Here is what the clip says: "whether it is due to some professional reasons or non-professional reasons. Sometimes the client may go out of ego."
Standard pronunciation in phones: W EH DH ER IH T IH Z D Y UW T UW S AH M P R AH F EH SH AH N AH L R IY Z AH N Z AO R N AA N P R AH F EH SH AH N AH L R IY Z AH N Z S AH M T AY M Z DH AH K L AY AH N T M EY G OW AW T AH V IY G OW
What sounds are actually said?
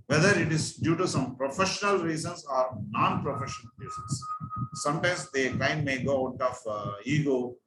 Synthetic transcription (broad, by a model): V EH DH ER IH T IH Z D Y UW T UW S AH M P R AH F EH SH AH N AH L R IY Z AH N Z AO R N AA N P R AH F EH SH AH N AH L R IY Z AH N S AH M T AY M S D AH K AY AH N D M EY G OW AW T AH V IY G OW